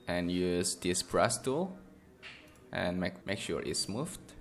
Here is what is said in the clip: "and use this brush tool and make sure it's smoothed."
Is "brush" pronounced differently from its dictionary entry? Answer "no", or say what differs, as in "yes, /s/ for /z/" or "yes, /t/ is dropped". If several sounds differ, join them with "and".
yes, /s/ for /ʃ/